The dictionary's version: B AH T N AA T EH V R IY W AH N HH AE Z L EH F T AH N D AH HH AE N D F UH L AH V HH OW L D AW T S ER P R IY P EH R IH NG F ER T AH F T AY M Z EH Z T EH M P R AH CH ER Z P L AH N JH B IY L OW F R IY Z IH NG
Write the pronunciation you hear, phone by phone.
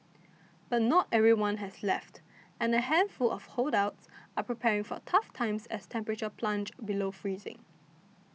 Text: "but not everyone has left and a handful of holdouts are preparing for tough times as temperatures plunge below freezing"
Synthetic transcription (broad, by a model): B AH T N AA T EH V R IY W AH N HH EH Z L EH F T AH N AH HH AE N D F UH L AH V HH OW L D AW T S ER P R IY P EH R IH NG F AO T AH F T AY M S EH S T EH M P R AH CH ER P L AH N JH B IY L OW F R IY Z IH NG